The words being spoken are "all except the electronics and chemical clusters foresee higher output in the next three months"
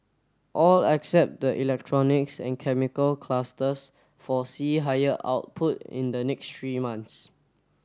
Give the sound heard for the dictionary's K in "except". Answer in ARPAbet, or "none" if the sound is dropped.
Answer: K